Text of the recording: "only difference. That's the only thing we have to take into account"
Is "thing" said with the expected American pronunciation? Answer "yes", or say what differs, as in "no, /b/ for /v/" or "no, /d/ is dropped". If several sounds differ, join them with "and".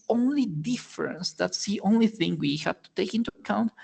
yes